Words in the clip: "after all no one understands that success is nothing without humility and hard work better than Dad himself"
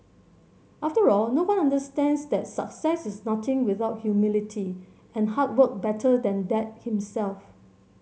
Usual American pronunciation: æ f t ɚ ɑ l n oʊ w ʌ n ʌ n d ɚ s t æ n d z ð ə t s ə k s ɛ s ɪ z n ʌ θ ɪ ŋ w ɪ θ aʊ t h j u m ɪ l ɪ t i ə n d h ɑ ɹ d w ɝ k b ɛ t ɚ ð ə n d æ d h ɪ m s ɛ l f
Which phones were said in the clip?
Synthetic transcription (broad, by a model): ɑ f t ɚ ɑ l n oʊ w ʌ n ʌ n d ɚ s t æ n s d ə t s ə k s ɛ s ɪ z n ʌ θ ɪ ŋ w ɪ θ aʊ t h j u m ɪ l ɪ t i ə n h ɑ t w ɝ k b ɛ t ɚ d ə n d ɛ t h ɪ m s ɛ l f